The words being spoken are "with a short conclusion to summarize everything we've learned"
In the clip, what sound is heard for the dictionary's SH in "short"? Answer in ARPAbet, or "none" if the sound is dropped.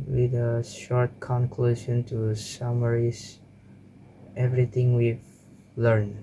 SH